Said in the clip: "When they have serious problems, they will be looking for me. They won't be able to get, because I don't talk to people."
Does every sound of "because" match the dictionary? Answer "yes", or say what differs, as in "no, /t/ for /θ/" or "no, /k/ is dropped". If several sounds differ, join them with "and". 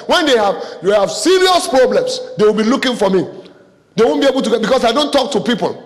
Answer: no, /s/ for /z/